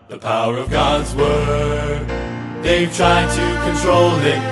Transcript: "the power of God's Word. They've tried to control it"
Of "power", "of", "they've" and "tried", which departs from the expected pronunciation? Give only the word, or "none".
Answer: none